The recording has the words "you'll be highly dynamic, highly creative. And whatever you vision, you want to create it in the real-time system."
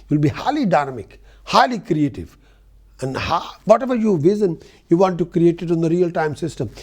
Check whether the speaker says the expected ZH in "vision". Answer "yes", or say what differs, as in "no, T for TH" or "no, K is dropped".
no, Z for ZH